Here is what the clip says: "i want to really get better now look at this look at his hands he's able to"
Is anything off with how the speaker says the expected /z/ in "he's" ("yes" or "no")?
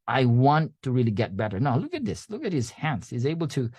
no